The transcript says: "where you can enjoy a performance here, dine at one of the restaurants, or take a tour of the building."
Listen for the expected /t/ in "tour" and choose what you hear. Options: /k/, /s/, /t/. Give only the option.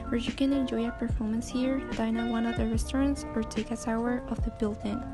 /s/